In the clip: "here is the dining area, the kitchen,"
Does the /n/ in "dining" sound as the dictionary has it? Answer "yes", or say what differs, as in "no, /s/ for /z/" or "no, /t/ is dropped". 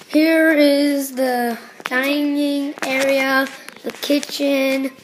yes